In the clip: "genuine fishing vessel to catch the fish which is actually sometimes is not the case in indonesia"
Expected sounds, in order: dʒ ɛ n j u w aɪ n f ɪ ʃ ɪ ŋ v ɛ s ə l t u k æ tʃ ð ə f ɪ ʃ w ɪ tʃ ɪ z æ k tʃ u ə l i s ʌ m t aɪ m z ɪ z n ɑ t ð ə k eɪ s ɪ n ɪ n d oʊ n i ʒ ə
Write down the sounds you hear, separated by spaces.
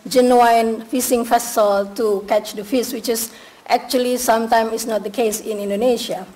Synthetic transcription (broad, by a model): dʒ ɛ n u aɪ n f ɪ s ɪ ŋ f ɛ s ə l t u k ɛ tʃ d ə f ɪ s w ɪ tʃ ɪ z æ k tʃ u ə l i s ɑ m t aɪ m ɪ s n ɑ t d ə k eɪ s ɪ n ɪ n d oʊ n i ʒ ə